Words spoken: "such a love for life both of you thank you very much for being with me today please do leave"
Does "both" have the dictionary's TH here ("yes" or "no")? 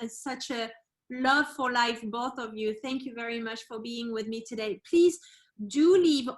yes